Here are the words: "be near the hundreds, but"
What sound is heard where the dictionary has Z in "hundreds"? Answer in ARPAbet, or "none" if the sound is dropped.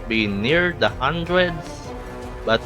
S